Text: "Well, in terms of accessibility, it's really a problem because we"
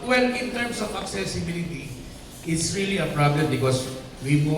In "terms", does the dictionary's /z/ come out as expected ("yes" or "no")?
no